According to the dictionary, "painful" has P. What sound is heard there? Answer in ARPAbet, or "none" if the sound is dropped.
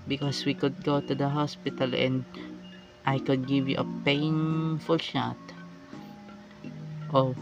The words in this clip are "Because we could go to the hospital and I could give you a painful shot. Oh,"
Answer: P